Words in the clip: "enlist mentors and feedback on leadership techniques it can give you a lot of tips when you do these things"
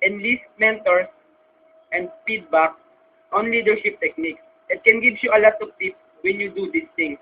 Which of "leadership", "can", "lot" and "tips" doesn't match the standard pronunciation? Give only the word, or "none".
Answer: tips